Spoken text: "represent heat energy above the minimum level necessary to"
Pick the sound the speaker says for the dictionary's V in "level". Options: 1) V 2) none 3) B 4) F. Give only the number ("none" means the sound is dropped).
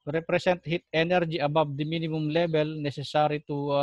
3